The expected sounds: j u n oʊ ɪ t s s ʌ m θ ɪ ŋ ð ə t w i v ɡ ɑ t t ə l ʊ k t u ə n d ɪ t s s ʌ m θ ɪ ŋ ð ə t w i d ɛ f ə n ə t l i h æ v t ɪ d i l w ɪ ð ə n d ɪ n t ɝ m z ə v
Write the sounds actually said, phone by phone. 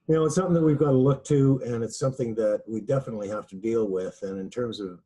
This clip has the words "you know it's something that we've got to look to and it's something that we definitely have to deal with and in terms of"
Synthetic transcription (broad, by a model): j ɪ n oʊ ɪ t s s ʌ m θ ɪ ŋ ð ə t w i v ɡ ɑ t t ə l ʊ k t u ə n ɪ t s s ʌ m θ ɪ ŋ ð ə t w i d ɛ f ə n ə t l i h æ f t ɪ d i l w ɪ ð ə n ɪ n t ɝ m z ə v